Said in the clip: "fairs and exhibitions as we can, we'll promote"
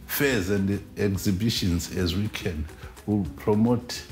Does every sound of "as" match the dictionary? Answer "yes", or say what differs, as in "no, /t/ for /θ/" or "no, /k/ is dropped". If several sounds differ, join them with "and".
yes